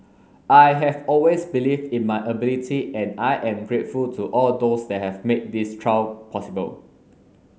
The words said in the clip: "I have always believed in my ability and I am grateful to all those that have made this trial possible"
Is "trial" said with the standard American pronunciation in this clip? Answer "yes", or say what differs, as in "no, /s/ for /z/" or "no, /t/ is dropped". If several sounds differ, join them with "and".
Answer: no, /w/ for /l/